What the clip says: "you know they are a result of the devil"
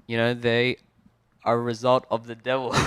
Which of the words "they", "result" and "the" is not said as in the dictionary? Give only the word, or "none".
none